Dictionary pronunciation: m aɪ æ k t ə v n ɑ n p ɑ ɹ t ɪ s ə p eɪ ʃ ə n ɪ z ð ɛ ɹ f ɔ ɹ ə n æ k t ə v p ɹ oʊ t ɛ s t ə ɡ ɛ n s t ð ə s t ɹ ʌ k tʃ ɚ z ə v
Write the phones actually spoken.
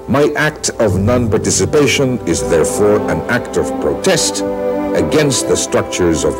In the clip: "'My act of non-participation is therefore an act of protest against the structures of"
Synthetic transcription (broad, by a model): m aɪ æ k t ə v n ɑ n p ɑ ɹ t ɪ s ə p eɪ ʃ ə n ɪ z ð ɛ ɹ f ɔ ɹ ə n æ k t ə v p ɹ oʊ t ɛ s t ə ɡ ɛ n s t ð ə s t ɹ ʌ k tʃ ɚ z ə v